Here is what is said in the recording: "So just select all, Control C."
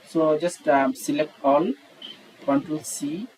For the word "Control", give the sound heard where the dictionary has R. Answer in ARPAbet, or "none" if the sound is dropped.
none